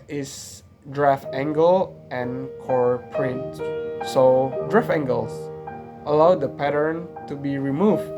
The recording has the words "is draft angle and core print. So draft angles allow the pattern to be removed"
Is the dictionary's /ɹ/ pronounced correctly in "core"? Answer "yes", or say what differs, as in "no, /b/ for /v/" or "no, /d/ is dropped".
yes